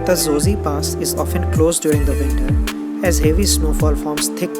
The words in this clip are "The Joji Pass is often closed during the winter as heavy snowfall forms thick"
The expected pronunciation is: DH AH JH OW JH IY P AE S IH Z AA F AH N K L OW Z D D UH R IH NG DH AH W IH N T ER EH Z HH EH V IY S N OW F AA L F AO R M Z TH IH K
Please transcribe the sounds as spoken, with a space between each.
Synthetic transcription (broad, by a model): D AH Z OW Z IY P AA S IH Z AA F AH N K L OW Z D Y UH R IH NG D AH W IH N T ER EH Z HH EH V IY S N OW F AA L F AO R M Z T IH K